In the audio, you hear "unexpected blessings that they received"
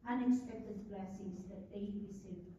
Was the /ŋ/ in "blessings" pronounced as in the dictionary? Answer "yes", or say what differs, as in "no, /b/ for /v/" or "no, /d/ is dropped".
no, /ŋ/ is dropped